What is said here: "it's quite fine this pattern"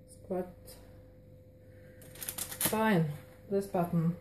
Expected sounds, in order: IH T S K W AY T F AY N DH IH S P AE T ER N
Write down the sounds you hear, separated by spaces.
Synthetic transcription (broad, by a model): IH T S K W AY T F AY N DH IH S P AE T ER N